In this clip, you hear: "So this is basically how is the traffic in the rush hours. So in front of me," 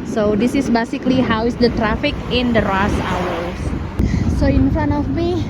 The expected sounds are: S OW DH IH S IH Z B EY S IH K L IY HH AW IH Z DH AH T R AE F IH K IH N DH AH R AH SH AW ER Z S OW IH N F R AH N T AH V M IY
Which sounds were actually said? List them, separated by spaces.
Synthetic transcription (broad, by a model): S OW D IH S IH S B EY S IH K L IY HH AW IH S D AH T R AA F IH K IH N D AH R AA S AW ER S S OW IH N F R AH N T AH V M IY